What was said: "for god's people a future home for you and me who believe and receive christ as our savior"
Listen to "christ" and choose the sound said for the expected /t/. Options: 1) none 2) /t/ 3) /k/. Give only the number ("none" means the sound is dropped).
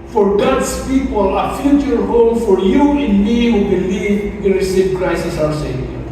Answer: 1